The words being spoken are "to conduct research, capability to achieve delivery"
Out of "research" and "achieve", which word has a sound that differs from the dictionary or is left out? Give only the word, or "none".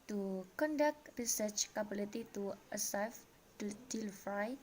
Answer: achieve